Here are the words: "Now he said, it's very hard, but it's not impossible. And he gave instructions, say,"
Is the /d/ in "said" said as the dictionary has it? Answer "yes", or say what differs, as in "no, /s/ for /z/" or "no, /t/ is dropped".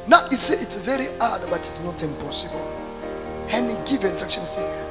no, /d/ is dropped